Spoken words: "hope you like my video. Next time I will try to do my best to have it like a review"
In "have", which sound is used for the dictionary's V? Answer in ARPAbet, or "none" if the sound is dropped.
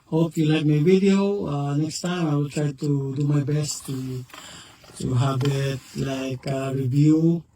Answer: B